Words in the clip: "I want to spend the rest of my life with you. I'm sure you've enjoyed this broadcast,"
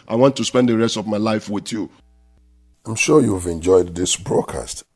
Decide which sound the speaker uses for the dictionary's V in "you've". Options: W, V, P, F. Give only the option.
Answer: V